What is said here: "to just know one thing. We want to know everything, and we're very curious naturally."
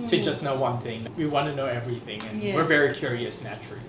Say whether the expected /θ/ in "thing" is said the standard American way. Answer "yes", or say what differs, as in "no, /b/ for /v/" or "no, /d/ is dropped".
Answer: yes